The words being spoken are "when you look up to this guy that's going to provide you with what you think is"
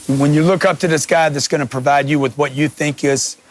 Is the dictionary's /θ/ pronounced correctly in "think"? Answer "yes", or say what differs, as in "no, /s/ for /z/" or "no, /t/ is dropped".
yes